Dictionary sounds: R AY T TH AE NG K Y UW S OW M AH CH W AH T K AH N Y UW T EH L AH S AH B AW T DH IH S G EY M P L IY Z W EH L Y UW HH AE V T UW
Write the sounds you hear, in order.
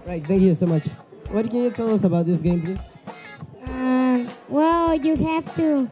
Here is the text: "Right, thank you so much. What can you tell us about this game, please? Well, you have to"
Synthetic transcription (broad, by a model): R AY T TH AE NG K Y UW S OW M AH CH W AH T K AH N Y UW T EH L AH S AH B AW T DH IH S G EY M P L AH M W EH L Y UW HH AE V T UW